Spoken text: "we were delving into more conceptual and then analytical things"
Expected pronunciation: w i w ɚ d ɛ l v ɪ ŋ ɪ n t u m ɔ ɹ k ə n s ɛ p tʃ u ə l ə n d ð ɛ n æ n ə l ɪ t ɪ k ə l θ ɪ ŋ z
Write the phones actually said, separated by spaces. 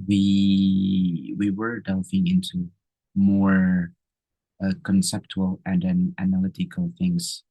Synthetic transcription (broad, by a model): w i w ɚ d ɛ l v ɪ ŋ ɪ n t u m ɔ ɹ k ə n s ɛ p tʃ u ə l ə n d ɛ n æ n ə l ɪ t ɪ k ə l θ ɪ ŋ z